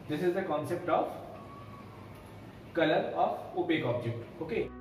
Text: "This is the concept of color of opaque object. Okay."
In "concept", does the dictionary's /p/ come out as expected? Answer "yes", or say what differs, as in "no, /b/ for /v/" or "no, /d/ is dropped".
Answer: yes